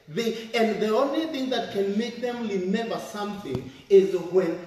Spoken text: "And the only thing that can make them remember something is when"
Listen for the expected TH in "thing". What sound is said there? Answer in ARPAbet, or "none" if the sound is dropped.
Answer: TH